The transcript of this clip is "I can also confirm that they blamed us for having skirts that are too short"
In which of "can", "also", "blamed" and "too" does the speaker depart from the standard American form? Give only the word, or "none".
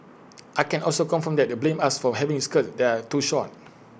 blamed